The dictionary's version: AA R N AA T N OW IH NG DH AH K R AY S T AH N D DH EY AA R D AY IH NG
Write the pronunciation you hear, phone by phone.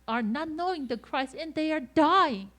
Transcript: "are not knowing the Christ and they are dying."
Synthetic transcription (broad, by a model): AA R N AA T N OW IH NG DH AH K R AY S AH N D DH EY AA R D AY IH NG